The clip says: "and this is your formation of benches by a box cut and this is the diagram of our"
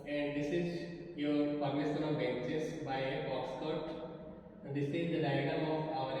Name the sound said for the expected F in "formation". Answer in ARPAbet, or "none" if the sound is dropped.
P